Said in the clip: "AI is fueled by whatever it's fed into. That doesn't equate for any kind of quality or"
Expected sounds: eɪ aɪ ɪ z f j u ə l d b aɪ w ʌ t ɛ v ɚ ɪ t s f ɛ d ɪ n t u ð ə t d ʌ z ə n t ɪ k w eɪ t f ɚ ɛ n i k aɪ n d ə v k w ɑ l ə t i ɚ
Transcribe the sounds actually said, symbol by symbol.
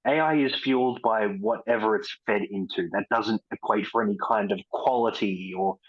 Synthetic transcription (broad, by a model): eɪ aɪ ɪ z f j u l d b aɪ w ʌ t ɛ v ɚ ɪ t s f ɛ d ɪ n t u ð ə t d ʌ z ə n t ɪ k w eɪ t f ɚ ɛ n i k aɪ n d ə v k w ɑ l ə t i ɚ